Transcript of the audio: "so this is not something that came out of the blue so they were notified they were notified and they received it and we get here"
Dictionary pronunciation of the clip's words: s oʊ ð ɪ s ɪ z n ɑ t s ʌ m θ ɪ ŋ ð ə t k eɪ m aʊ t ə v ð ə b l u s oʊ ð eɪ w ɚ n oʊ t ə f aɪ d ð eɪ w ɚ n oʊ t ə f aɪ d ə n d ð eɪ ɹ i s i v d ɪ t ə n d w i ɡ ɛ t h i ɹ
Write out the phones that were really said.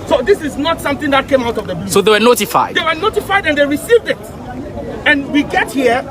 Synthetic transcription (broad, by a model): s oʊ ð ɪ s ɪ z n ɑ t s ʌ m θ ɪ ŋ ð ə t k eɪ m aʊ t ə v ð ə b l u s oʊ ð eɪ w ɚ n oʊ t ə f aɪ d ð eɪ w ɚ n oʊ t ə f aɪ d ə n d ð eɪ ɹ i s i v d ɪ t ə n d w i ɡ ɛ t h i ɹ